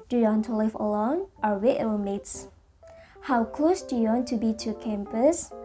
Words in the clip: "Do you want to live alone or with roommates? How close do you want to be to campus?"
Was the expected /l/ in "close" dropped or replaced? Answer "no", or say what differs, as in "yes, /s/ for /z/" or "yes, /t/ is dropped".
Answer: no